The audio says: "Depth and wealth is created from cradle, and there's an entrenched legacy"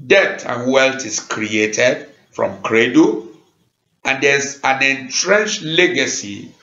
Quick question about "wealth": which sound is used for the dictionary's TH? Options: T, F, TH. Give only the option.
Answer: T